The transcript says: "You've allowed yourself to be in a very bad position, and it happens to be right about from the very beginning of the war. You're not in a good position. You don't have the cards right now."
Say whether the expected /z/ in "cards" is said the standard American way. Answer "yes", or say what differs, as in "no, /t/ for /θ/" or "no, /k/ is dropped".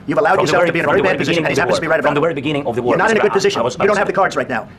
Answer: yes